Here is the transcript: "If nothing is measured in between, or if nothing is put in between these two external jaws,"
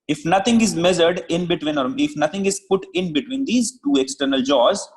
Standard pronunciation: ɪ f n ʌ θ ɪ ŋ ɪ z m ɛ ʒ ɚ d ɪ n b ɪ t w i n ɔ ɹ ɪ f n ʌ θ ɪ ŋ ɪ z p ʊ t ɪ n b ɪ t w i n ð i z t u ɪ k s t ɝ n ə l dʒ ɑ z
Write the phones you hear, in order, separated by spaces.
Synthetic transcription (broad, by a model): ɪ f n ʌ t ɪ ŋ ɪ z m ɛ z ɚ d ɪ n b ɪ t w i n ɔ ɹ ɪ f n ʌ t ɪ ŋ ɪ z p ʊ t ɪ n b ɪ t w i n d i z t u ɪ k s t ɝ n ə l dʒ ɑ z